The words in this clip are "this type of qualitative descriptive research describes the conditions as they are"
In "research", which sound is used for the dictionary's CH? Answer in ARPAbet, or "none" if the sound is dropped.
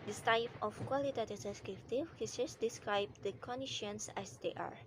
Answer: S